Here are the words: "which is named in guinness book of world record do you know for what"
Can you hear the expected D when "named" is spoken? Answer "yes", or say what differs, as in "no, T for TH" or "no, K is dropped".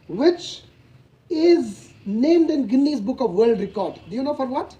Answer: yes